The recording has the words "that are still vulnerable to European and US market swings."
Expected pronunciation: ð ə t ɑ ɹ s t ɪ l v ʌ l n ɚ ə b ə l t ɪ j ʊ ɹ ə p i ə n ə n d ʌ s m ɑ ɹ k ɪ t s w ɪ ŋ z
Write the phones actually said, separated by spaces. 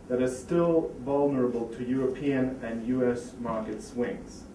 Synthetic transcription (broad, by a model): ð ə t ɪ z s t ɪ l v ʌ l n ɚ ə b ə l t ɪ j ʊ ɹ ə p i ə n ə n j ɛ s m ɑ ɹ k ɪ t s w ɪ ŋ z